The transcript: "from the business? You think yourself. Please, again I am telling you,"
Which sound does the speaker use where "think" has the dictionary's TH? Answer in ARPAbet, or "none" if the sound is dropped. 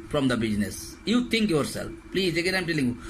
T